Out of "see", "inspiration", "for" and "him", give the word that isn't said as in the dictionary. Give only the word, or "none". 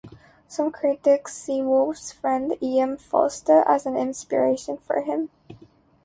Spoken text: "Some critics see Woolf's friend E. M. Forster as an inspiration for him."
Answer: none